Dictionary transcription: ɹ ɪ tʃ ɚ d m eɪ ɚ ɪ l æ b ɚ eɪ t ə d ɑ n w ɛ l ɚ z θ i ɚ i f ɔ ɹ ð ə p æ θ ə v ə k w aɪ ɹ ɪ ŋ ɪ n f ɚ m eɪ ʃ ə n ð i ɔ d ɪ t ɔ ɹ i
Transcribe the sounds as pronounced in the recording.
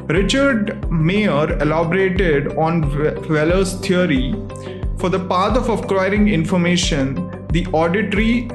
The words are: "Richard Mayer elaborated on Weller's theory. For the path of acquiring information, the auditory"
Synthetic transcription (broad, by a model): ɹ ɪ tʃ ɚ d m eɪ ɚ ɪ l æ b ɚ eɪ t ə d ɑ n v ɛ l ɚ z t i ɚ i f ɔ ɹ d ə p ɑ t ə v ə k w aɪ ɹ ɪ ŋ ɪ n f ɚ m eɪ ʃ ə n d i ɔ d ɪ t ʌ ɹ i